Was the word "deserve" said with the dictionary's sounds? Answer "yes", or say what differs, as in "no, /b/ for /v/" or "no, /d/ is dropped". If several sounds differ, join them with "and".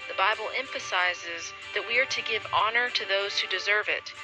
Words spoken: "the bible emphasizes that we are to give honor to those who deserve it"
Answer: yes